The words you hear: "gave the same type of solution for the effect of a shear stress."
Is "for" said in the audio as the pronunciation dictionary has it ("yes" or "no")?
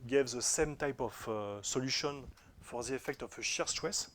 yes